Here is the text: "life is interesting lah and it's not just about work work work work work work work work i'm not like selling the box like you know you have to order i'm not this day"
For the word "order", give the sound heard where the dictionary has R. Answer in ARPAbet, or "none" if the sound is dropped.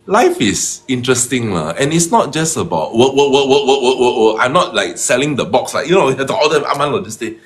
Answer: L